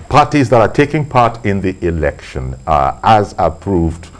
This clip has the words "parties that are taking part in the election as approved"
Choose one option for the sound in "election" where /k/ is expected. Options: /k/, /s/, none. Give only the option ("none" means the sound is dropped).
/k/